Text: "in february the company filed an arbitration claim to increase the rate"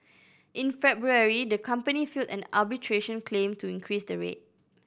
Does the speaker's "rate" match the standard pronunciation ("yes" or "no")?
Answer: yes